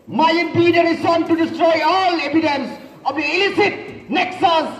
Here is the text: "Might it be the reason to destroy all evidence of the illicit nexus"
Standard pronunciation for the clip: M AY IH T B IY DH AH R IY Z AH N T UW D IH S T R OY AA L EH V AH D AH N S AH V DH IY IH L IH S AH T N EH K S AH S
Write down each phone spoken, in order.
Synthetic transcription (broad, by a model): M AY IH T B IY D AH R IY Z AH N T UW D IH S T R OY AA L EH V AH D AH N S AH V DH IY IH L IH S AH T N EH K S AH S